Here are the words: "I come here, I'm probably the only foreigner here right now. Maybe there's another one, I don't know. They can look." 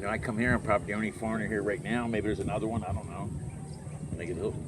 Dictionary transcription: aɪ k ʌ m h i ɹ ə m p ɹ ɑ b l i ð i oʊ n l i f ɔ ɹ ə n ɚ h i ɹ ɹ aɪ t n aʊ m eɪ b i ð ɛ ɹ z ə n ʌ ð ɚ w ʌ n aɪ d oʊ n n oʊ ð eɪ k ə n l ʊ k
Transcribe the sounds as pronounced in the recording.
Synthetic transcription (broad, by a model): aɪ k ʌ m h i ɹ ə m p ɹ ɑ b i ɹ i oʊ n i f ɔ ɹ ə n ɚ h i ɹ ɹ aɪ t n aʊ m eɪ b i ð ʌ ɹ z ə n ʌ ð ɚ w ʌ n aɪ d oʊ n n oʊ ð eɪ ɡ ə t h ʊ